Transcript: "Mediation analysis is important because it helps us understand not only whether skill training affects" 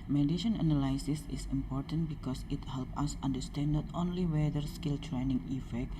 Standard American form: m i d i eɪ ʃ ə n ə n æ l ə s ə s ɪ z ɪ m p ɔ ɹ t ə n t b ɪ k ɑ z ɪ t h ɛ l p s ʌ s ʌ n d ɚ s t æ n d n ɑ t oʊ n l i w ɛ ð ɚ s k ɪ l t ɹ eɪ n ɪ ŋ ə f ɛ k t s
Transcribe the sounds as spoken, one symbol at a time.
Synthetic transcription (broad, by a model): m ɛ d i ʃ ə n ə n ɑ l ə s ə s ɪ s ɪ m p ɔ ɹ t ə n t b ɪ k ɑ s ɪ t h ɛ l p ʌ s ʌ n d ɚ s t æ n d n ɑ t oʊ n l i w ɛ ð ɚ s k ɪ l t ɹ eɪ n ɪ ŋ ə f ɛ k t